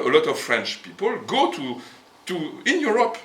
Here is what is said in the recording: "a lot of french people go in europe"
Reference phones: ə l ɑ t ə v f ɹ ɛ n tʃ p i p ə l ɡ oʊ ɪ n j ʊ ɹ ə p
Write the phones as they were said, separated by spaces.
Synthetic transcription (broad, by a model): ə l ɑ t ə v f ɹ ɛ n tʃ p i p ə l ɡ oʊ ɪ n j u ɹ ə p